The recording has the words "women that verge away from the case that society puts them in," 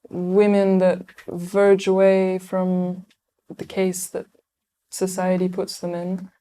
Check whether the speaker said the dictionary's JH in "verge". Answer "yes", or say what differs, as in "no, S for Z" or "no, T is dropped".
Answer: yes